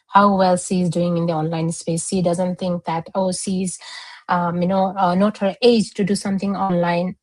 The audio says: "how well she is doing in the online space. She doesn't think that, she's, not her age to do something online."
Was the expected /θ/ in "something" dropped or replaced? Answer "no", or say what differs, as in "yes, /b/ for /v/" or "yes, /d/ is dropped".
yes, /t/ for /θ/